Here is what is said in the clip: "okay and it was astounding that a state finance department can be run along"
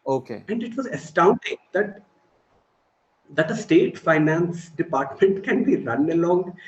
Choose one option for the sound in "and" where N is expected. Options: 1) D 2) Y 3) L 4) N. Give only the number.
4